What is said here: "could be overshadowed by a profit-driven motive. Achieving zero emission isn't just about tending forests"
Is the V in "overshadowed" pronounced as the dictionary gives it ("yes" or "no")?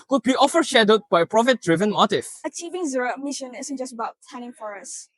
no